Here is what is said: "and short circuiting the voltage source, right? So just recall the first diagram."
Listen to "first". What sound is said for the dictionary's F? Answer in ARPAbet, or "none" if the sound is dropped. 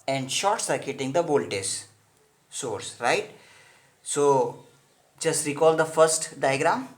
F